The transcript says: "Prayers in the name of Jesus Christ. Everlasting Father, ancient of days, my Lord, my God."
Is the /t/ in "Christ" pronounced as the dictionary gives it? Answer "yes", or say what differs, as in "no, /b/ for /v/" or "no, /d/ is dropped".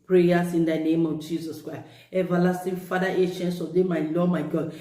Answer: no, /t/ is dropped